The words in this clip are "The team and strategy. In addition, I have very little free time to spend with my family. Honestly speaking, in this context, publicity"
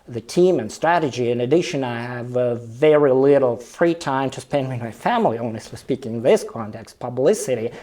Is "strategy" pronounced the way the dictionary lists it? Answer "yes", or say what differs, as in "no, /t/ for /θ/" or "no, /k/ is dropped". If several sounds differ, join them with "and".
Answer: yes